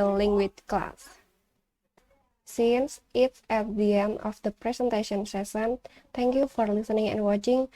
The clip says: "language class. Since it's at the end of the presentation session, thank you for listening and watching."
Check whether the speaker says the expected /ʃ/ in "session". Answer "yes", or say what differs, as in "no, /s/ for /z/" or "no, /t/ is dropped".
no, /s/ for /ʃ/